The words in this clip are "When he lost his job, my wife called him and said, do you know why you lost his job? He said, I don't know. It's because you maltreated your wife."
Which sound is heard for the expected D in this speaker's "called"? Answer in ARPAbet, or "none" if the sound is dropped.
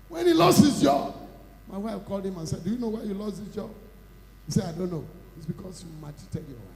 D